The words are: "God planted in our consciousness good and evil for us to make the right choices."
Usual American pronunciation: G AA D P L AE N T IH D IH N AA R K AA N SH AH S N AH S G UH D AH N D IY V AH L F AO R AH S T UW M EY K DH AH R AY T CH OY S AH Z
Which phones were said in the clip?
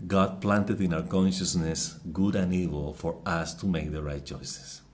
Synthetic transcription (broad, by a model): G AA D P L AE N T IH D IH N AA W K AA N SH AH S N AH S G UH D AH N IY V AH L F AO R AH S T UW M EY K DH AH R AY T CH OY S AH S